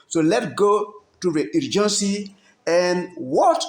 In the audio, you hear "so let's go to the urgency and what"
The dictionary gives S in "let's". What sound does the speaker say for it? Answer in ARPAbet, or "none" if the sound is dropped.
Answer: none